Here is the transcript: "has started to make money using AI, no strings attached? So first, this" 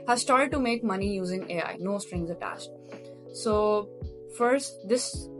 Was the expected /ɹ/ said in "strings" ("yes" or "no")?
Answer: yes